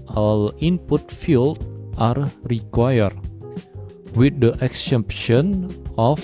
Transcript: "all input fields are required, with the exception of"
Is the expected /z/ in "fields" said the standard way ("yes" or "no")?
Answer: no